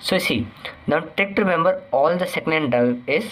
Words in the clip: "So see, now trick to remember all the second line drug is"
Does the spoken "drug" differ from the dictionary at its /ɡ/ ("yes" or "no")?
yes